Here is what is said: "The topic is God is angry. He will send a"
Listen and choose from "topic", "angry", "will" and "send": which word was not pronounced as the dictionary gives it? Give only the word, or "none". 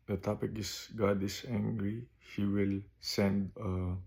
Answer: none